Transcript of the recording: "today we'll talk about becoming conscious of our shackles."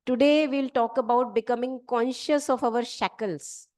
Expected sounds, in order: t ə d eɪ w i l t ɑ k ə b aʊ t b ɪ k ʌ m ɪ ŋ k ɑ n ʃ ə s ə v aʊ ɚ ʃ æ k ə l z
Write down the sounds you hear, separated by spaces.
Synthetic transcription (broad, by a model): t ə d eɪ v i l t ɑ k ə b aʊ t b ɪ k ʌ m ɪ ŋ k ɑ n ʃ ə s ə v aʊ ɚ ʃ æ k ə l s